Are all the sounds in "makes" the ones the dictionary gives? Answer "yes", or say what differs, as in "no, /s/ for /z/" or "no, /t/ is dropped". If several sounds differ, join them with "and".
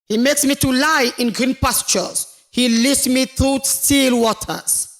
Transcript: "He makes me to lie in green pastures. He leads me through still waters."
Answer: yes